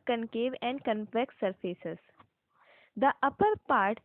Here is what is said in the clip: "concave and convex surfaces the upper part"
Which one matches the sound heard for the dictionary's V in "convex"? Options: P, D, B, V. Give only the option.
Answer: P